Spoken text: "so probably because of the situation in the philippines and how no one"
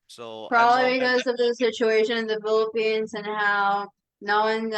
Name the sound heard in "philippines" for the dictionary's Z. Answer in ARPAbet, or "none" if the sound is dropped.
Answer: Z